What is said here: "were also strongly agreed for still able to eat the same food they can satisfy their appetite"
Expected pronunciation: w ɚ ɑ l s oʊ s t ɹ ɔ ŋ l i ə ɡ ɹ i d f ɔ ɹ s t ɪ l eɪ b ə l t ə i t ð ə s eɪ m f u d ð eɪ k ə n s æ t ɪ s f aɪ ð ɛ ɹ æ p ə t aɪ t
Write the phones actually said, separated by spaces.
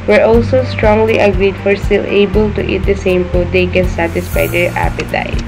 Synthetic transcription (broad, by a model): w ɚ ɑ l s oʊ s t ɹ ɔ ŋ l i ə ɡ ɹ i d f ɔ ɹ s t ɪ l eɪ b ə l t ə i t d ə s eɪ m p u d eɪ k ə n s æ t ɪ s f aɪ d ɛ ɹ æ p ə t aɪ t